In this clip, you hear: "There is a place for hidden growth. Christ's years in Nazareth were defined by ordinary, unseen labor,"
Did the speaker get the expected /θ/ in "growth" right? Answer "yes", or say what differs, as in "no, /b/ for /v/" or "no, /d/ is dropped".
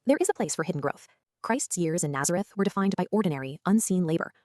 yes